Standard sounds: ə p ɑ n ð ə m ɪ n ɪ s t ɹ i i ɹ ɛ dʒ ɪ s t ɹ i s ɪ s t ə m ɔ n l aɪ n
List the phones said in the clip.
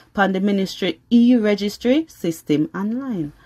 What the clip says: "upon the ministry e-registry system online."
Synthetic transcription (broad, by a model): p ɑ n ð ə m ɪ n ɪ s t ɹ i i ɹ ɛ dʒ ɪ s t ɹ i s ɪ s t ə m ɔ n l aɪ n